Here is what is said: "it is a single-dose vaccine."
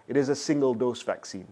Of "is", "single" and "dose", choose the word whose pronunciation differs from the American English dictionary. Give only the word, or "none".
none